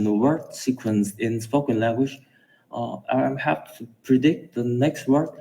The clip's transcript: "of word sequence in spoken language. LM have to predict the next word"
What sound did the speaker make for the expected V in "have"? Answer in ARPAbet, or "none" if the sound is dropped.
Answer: P